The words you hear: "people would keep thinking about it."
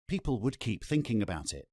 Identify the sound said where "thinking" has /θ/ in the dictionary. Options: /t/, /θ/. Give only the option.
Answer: /θ/